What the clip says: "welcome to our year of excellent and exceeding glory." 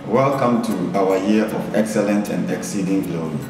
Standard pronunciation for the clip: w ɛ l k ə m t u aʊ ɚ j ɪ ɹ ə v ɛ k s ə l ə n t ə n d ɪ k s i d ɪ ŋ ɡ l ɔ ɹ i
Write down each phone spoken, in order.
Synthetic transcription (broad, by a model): w ɛ l k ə m t u aʊ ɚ j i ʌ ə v ɛ k s ə l ə n t ə n d ɪ k s i d ɪ ŋ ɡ l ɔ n